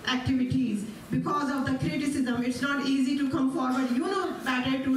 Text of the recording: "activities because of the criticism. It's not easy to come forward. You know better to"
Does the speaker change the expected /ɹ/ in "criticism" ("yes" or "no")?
no